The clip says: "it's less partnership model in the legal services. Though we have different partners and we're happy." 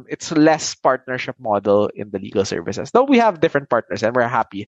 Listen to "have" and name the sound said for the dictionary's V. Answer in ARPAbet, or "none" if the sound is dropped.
V